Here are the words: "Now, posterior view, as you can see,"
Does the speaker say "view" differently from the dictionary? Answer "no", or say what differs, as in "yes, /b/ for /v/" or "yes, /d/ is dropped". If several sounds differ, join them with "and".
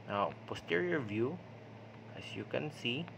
no